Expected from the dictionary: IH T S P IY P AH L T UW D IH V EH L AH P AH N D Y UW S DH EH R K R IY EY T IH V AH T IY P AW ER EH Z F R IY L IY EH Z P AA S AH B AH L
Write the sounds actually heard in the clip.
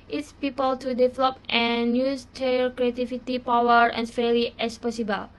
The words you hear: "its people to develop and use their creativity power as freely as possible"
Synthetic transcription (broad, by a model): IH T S P IY P AH L T UW D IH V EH L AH P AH N Y UW S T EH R K R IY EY T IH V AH T IY P AW ER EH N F EH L IY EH S P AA S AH B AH L